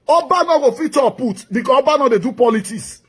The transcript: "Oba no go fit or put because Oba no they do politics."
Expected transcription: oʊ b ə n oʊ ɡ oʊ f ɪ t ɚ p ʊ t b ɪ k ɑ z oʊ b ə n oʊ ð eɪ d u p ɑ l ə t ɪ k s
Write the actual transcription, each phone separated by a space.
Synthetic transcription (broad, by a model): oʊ b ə n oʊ ɡ oʊ f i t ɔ p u t b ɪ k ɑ oʊ b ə n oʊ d eɪ d u p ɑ l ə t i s